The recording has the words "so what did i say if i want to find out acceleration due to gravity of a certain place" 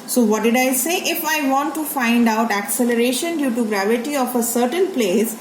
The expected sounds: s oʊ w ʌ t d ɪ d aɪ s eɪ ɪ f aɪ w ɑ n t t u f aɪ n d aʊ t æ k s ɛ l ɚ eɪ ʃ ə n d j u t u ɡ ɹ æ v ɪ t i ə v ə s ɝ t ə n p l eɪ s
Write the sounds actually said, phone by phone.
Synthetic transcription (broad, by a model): s oʊ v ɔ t d ɪ d aɪ s eɪ ɪ f aɪ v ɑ n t t u f aɪ n d aʊ t æ k s ɛ l ɚ eɪ ʃ ə n d j u t u ɡ ɹ æ v ɪ t i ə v ə s ɝ t ə n p l eɪ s